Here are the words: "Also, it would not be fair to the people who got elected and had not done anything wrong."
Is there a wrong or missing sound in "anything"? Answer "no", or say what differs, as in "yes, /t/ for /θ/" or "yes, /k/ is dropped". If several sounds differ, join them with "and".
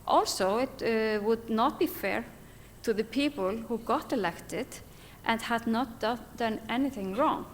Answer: no